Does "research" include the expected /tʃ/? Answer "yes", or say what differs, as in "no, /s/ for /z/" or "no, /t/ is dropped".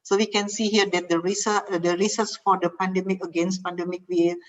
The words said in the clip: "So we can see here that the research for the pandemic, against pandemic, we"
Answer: no, /s/ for /tʃ/